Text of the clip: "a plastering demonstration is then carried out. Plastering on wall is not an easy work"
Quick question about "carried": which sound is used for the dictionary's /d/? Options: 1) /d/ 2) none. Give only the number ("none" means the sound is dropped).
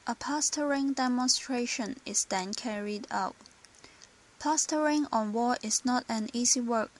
1